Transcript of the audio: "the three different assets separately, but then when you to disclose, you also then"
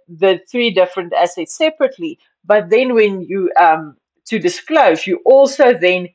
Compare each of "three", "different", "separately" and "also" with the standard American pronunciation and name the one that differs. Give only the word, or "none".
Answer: none